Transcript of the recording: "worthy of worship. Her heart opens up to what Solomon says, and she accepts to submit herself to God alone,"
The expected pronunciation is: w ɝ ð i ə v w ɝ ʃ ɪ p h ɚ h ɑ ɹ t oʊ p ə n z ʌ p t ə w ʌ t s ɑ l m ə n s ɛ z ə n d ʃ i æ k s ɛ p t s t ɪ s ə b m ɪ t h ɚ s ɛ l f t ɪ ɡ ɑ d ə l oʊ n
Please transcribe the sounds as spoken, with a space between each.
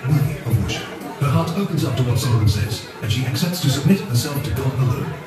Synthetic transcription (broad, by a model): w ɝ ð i ə v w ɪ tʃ h ɚ h ɑ ɹ t oʊ p ə n z ʌ p t ə w ʌ t s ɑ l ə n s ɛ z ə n ʃ i æ k s ɛ p t s t ɪ s ə b m ɪ t h ɚ s ɛ l f t ɪ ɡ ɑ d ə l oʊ